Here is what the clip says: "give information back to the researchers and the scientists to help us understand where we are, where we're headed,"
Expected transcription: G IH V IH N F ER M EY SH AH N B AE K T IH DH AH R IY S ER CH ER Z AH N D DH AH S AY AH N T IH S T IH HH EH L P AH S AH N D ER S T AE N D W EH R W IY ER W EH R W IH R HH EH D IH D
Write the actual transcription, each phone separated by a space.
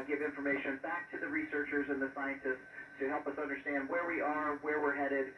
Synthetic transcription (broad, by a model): G IH V IH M F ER M EY SH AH N B AE K T IH DH AH R IY S ER CH ER Z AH N DH AH S AY AH N T IH S T IH HH EH L P AH S AH N D ER S T AE N D W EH R W IY ER W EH R W IH R HH EH D IH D